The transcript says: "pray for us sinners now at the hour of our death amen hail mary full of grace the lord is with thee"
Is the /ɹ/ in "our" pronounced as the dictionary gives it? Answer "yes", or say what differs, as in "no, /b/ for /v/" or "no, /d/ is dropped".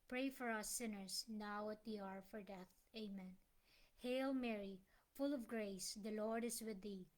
yes